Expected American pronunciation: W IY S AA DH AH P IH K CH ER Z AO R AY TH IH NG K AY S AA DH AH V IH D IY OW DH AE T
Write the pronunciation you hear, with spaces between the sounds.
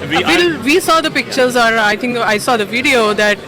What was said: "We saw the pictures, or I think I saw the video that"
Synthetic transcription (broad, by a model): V IY S AA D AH P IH K CH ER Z AO R AY T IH NG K AY S AA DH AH V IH D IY OW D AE T